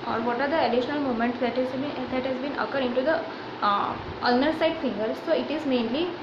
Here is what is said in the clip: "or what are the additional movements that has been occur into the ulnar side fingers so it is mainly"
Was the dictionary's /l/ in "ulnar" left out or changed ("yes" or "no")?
yes